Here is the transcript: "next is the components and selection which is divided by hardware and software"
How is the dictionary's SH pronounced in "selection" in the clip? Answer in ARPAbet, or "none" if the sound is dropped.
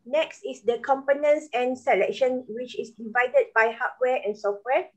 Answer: SH